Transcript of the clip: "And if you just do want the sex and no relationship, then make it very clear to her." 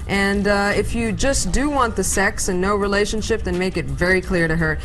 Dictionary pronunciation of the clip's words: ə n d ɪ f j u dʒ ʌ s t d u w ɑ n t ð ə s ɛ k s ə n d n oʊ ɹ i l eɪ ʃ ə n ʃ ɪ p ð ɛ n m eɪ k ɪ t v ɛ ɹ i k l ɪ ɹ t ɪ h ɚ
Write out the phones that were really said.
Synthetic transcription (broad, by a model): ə n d ɪ f j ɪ dʒ ʌ s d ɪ w ɑ n ð ə s ɛ k s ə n n oʊ ɹ i l eɪ ʃ ə n ʃ ɪ p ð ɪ n m eɪ k ɪ t v ɛ ɹ i k l ɪ ɹ t ɪ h ɚ